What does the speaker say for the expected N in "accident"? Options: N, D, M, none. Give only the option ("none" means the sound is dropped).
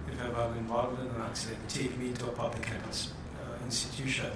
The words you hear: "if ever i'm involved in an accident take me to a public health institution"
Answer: none